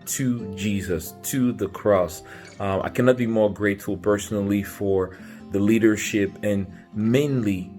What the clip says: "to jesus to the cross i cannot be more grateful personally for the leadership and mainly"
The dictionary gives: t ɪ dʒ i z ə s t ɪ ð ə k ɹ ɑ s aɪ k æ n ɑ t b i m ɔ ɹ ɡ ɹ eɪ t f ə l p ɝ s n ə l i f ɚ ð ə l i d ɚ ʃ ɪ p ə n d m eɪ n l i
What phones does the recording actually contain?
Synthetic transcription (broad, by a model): t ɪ dʒ i z ə s t ɪ ð ə k ɹ ɑ s aɪ k æ n ɑ t b i m ɔ ɹ ɡ ɹ eɪ t f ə l p ɝ s n l i f ɚ ð ə l i d ɚ ʃ ɪ p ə n m eɪ n l i